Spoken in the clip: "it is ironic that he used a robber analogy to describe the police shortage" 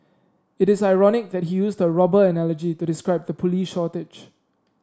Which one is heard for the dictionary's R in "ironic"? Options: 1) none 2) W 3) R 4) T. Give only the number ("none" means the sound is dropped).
3